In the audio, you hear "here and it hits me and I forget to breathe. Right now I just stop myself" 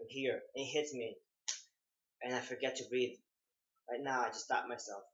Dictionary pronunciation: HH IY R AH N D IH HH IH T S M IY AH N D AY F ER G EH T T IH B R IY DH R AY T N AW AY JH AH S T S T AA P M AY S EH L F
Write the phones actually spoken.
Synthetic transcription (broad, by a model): HH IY R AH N IH HH IH T S M IY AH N AY F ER G EH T T IH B R IY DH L AY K N AW AY JH AH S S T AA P M AY S EH L F